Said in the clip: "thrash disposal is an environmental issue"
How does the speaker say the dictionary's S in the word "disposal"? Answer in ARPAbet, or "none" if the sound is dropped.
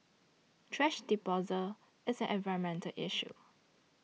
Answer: none